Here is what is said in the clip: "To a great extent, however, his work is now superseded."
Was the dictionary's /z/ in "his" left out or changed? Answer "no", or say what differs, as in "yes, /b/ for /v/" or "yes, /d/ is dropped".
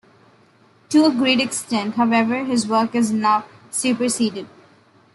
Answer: no